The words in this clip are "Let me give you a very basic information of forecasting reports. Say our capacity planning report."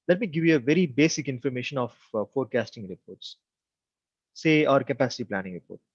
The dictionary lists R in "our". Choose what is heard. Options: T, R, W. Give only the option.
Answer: R